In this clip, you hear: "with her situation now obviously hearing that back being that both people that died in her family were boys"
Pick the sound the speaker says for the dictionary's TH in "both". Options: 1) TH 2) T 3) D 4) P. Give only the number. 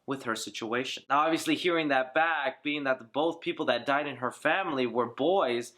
1